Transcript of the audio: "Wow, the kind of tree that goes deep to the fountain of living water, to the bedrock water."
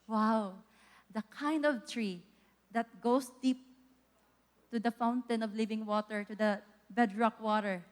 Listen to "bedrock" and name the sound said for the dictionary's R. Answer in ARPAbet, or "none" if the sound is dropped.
R